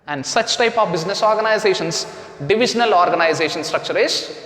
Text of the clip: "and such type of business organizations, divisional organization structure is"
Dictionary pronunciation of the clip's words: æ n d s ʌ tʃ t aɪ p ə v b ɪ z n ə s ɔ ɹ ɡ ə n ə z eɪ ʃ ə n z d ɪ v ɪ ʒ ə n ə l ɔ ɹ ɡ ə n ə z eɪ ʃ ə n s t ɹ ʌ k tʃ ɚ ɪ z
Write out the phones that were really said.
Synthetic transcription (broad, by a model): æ n d s ʌ tʃ t aɪ p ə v b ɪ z n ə s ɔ ɹ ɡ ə n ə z eɪ ʃ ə n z d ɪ v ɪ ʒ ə n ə l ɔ ɹ ɡ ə n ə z eɪ ʃ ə n s t ɹ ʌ k tʃ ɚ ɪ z